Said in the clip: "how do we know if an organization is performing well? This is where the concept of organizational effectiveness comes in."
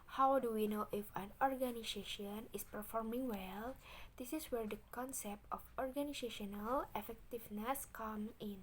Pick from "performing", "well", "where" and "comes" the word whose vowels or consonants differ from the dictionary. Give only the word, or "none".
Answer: comes